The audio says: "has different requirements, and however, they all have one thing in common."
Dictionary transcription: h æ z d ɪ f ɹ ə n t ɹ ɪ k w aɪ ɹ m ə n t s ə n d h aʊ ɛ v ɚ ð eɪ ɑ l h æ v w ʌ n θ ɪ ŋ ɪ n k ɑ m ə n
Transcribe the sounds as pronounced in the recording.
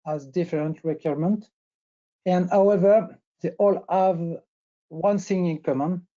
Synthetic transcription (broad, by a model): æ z d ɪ f ɹ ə n t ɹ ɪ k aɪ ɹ m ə n t ə n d h aʊ ɛ v ɚ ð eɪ ɑ l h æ v w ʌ n s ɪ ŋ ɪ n k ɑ m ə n